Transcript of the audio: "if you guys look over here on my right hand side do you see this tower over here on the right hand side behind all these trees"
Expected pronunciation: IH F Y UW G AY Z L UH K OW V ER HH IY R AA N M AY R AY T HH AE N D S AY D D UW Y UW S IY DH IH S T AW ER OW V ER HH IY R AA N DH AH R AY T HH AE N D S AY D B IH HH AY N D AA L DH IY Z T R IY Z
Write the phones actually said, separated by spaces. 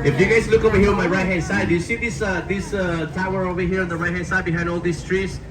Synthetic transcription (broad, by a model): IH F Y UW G AY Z L UH K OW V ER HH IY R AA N M AY R AY T HH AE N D S AY D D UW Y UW S IY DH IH S T AW ER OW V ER HH IY R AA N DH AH R AY T HH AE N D S AY D B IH HH AY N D AA L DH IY S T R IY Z